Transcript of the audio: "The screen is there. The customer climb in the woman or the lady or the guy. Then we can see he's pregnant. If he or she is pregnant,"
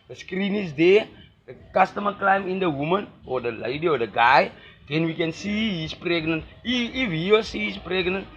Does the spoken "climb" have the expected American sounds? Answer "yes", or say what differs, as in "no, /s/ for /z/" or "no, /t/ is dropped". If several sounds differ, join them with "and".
yes